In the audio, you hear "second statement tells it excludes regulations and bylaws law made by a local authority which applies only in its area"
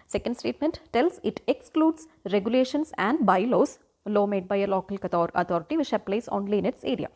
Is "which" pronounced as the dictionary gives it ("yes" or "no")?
no